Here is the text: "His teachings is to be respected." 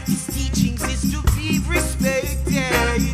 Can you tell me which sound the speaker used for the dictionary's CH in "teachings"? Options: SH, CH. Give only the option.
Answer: CH